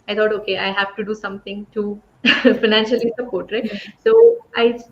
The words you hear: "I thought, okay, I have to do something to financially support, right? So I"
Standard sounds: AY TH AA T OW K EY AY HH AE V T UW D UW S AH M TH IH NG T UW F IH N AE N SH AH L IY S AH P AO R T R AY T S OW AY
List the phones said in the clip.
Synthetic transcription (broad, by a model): AY T AA T OW K EY AY HH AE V T UW D UW S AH M T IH NG T UW F IH N AE N SH AH L IY S AH P AO R T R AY S OW AY